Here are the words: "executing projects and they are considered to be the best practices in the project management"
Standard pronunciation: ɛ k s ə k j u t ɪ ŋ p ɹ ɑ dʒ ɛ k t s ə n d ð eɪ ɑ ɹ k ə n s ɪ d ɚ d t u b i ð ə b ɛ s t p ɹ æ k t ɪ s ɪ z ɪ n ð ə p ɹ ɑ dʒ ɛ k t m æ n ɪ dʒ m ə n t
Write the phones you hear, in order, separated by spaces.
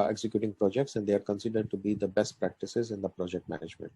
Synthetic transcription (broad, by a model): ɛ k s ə k j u t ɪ ŋ p ɹ ɑ dʒ ɛ k t s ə n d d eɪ ɑ ɹ k ə n s ɪ d ɚ d t u b i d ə b ɛ s t p ɹ æ k t ɪ s ɪ z ɪ n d ə p ɹ ɑ dʒ ɛ k t m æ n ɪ dʒ m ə n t